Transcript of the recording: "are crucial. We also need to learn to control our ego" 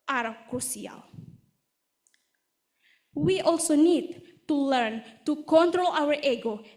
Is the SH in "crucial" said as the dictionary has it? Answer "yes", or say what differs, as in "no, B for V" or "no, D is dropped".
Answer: no, S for SH